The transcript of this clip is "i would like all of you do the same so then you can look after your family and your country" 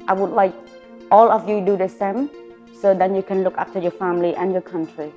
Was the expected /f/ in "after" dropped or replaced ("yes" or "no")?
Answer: yes